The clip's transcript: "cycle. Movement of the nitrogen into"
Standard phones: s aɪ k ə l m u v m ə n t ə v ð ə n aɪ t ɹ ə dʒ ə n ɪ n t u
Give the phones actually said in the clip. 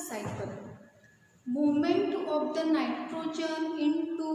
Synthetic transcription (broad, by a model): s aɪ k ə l m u m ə n t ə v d ə n aɪ t ɹ ə dʒ ə n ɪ n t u